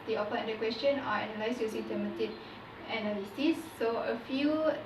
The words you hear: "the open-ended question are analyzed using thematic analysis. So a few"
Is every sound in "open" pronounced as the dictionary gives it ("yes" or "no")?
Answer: no